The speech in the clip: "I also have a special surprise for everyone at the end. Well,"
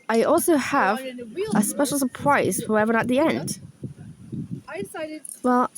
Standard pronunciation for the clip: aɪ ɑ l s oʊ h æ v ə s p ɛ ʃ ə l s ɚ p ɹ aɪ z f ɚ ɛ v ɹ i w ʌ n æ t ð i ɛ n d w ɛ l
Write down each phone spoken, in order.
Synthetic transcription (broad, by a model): aɪ ɑ l s oʊ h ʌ v ə s p ɛ ʃ l s ɚ p ɹ aɪ z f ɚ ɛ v i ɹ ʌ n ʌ t ð i ɛ n d w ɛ l